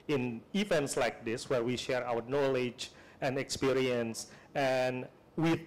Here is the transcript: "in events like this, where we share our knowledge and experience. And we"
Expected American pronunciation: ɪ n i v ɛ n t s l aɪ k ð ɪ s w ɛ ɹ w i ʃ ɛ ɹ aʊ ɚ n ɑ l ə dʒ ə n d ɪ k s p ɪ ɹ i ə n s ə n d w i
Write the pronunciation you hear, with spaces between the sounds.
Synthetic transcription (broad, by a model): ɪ n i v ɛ n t s l aɪ k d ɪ s w ɛ ɹ w i ʃ ɛ ɹ aʊ ɚ n ɑ l ə dʒ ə n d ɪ k s p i ɹ i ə n s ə n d w i